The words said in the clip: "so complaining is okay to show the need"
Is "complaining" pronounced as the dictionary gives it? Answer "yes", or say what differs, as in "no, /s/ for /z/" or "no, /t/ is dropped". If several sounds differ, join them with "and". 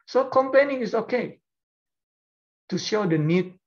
no, /l/ is dropped